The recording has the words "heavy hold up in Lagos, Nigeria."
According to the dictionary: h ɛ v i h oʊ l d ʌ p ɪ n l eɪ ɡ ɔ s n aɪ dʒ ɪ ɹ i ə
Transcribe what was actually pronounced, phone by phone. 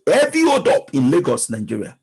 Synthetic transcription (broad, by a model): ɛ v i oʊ d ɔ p ɪ n l eɪ ɡ ɔ s n aɪ dʒ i ɹ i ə